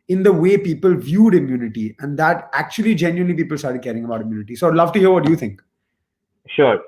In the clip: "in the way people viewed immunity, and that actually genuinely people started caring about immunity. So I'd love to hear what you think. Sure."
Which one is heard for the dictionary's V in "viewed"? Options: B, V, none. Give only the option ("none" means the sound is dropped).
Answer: V